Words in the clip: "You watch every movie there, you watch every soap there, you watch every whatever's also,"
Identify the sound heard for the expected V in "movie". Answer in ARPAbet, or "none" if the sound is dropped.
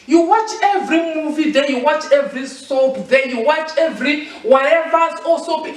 V